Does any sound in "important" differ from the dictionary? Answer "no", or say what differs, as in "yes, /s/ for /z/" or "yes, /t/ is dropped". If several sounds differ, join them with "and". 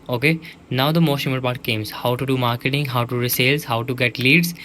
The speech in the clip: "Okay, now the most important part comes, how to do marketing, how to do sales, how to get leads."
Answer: yes, /n/ is dropped